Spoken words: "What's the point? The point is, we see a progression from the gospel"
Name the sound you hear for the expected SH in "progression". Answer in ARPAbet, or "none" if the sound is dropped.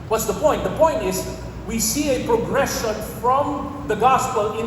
SH